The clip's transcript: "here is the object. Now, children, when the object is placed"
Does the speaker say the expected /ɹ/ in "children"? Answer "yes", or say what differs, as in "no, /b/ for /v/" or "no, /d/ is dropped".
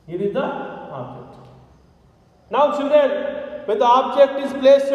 no, /ɹ/ is dropped